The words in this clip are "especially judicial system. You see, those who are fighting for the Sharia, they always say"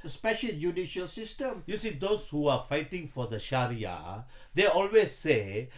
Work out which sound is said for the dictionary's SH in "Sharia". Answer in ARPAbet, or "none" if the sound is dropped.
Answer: SH